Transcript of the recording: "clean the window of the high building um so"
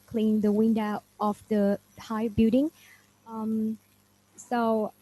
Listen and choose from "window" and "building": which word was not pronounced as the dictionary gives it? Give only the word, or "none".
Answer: building